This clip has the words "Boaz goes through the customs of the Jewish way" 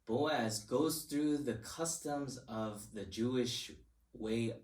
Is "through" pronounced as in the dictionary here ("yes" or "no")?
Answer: yes